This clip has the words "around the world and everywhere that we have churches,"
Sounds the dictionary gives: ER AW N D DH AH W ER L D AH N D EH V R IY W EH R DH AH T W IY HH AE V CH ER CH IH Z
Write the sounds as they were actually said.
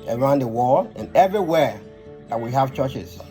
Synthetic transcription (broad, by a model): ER AW N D DH AH W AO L AH N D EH V R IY W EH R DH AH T W IY HH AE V CH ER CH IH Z